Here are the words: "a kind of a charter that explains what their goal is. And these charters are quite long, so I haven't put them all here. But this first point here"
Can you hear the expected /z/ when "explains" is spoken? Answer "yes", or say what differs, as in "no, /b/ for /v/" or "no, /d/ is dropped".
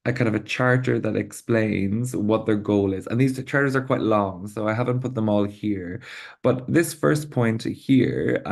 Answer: yes